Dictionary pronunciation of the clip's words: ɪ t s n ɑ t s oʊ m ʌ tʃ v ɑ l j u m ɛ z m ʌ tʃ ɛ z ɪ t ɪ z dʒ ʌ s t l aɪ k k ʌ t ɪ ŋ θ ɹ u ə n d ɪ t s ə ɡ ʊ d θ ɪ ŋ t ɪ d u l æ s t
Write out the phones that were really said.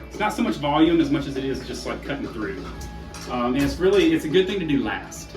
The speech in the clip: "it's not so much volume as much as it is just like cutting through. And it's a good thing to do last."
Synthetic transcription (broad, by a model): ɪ t s n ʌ t s oʊ m ʌ tʃ v ɑ l j u m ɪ z m ʌ tʃ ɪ z ɪ t ɪ z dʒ ʌ s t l aɪ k k ʌ t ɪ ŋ θ ɹ u ə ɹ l ɪ t s ə ɡ ʊ d θ ɪ ŋ t ɪ d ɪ l æ s t